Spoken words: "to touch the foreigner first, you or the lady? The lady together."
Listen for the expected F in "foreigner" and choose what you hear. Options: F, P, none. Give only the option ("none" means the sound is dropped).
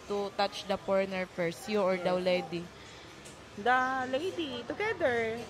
P